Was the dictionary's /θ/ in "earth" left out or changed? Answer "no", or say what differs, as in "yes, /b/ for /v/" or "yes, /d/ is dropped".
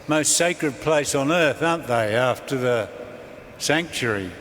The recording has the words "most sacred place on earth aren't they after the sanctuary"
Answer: no